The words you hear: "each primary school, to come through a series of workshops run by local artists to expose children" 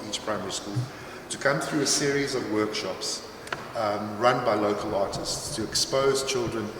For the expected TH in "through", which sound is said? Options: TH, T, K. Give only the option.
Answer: TH